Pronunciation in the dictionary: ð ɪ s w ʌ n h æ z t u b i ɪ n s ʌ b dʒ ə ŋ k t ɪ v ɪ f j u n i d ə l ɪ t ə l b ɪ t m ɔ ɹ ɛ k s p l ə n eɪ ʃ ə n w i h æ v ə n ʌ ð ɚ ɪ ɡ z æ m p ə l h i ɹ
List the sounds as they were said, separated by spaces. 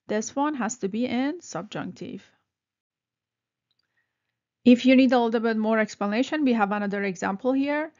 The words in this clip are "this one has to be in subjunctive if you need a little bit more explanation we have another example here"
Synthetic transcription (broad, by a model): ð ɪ s w ʌ n h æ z t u b i ɪ n s ʌ b dʒ ə ŋ k t ɪ v ɪ f j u n i d ə l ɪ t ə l b ɪ t m ɔ ɹ ɛ k s p l ə n eɪ ʃ ə n w i h æ v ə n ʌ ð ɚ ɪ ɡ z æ m p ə l h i ɹ